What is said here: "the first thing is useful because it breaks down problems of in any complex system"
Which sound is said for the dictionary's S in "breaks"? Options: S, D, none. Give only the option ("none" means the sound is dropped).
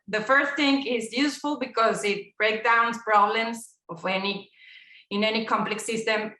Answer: none